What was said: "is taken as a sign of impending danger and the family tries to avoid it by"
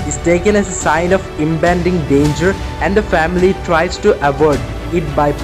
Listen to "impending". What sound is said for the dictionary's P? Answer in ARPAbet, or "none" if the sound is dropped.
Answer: B